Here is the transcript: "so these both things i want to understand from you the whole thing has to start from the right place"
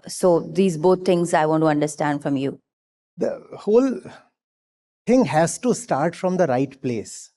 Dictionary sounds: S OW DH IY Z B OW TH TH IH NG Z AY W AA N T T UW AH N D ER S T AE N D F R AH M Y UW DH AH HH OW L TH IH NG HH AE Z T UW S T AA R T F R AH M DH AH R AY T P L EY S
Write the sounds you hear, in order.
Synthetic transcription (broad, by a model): S OW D IY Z B OW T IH NG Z AY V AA N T T UW AH N D ER S T AE N D F R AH M Y UW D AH HH OW L T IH NG HH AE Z T UW S T AA R T F R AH M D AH R AY T P L EY S